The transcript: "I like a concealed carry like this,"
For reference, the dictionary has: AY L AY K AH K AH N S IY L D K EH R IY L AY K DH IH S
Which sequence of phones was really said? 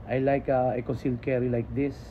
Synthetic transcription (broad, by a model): AY L AY K AH K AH S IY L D K EH R IY L AY K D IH S